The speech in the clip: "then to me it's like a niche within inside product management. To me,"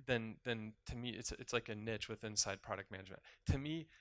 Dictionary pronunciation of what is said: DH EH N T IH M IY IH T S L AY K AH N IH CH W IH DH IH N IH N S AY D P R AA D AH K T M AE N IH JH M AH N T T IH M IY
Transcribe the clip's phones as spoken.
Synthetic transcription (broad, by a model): DH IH N T IH M IY IH T S L AY K AH N IH CH W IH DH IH IH N S AY D P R AA D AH K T M AE N IH JH M AH N T T IH M IY